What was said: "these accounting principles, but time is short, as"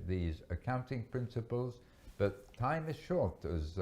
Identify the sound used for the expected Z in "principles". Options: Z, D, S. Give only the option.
Z